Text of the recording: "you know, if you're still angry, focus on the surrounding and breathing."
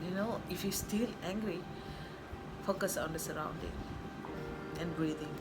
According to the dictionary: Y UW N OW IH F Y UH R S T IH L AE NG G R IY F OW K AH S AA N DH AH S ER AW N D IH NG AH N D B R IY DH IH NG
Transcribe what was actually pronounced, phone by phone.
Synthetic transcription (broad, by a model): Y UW N OW IH F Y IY S T IH L AE NG G R IY F OW K AH S AA N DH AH S ER AW N D IH NG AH N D B R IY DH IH NG